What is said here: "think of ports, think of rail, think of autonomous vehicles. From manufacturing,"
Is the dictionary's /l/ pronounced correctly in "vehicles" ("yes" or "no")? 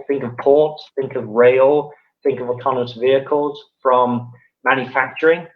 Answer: yes